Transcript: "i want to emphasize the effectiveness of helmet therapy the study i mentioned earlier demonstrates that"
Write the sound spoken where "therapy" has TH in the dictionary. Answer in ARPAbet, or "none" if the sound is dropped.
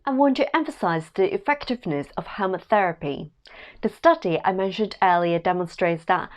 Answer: TH